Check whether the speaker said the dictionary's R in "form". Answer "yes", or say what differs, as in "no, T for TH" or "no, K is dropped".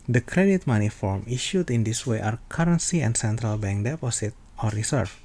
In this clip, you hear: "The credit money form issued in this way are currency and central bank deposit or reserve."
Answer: yes